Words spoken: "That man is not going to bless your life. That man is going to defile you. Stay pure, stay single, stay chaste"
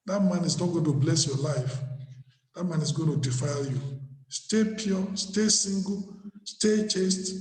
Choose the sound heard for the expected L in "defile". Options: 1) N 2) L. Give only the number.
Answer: 2